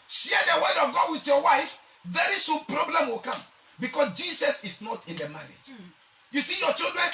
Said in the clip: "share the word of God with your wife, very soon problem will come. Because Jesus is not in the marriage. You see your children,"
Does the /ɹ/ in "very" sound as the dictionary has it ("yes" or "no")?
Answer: yes